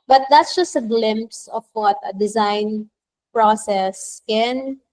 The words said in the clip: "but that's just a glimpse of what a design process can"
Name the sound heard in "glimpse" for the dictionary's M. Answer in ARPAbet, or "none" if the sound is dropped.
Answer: M